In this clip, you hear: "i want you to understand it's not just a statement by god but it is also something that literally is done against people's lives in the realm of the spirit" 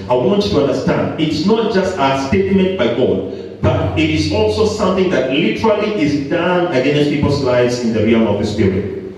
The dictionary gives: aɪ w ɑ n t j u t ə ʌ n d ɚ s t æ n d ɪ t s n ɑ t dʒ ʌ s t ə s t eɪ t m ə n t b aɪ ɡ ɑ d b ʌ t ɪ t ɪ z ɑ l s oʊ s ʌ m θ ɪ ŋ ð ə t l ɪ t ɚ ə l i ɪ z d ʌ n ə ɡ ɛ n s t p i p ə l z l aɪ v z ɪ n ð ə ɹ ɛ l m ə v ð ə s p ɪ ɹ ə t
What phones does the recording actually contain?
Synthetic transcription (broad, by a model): aɪ w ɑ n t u t ə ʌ n d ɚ s t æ n d ɪ t s n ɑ t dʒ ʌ s t ə s t eɪ t m ə n t b aɪ ɡ ɑ d b ʌ t ɪ t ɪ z ɑ l s oʊ s ʌ m θ ɪ ŋ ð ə t l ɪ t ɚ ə l i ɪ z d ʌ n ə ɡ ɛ n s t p i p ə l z l aɪ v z ɪ n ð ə ɹ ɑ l ə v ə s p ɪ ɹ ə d